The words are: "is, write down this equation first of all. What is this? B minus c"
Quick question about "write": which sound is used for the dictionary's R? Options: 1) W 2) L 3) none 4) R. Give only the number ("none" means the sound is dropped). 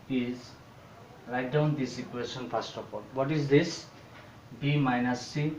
2